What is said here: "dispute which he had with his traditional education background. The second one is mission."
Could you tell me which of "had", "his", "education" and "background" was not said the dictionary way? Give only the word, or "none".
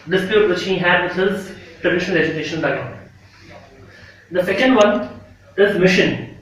background